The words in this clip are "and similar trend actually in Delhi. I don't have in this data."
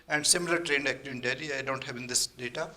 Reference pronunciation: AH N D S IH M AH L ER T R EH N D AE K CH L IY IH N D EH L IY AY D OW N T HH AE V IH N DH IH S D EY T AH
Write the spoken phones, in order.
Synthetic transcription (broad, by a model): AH N D S IH M AH L ER T R EH N D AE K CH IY IH N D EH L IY AY D OW N T HH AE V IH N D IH S D EY T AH